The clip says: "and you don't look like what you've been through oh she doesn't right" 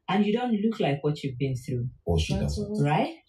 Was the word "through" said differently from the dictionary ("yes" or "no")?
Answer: no